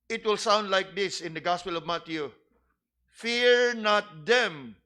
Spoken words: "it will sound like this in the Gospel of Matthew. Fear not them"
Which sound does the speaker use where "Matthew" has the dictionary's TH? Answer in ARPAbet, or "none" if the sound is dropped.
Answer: T